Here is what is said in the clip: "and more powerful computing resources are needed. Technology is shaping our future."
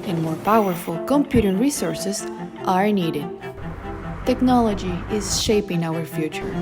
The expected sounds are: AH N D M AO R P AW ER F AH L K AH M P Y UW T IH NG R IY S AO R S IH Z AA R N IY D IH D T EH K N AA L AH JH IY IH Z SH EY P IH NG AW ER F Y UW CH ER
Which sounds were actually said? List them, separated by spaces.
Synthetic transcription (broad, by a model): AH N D M AO R P AW ER F AH L K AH M P Y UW T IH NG R IY S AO R S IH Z AA R N IY D IH D T EH K N AA L AH JH IY IH Z SH EY P IH NG AW ER F Y UW CH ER